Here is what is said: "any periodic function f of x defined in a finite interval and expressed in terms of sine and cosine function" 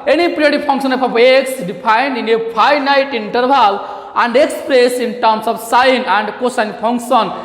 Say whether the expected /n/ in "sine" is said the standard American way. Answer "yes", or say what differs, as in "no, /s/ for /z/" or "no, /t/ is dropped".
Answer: yes